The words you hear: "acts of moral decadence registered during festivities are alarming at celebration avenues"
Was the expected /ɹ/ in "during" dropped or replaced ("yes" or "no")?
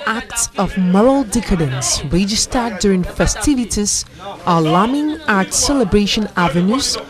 no